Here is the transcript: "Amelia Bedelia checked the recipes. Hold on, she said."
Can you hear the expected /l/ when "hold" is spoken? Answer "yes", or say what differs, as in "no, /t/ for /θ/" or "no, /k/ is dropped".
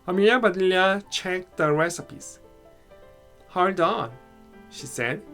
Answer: no, /l/ is dropped